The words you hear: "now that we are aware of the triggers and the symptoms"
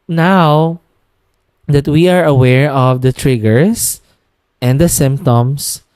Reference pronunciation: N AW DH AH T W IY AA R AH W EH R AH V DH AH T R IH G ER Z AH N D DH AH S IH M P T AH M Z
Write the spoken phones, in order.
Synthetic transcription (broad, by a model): N AW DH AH T W IY AA R AH W EH R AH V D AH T R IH G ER S AH N D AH S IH M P T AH M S